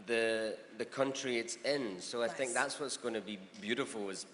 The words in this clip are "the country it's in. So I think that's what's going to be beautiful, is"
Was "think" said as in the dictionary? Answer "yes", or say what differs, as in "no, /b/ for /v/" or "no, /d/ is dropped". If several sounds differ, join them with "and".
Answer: yes